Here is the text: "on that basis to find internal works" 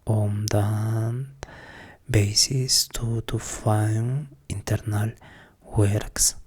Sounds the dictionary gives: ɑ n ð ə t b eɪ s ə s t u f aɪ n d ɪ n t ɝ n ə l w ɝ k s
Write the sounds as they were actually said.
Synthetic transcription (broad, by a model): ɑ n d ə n b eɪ s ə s t u f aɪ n ɪ n t ɝ n ə l w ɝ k s